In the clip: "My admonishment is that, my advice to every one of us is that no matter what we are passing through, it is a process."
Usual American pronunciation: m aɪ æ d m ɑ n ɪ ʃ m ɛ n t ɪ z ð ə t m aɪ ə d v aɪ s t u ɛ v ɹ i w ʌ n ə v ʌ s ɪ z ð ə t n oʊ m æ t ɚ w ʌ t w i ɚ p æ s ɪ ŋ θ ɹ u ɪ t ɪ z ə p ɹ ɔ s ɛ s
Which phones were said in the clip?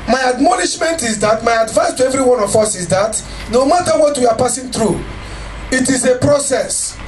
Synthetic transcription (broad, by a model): m aɪ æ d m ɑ n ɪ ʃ m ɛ n t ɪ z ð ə t m aɪ ə d v aɪ s t u ɛ v ɹ i w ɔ n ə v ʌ s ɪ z ð ə t n oʊ m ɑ t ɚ w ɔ t w i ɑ p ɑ s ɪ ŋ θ ɹ u ɪ t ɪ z ə p ɹ ɔ s ɛ s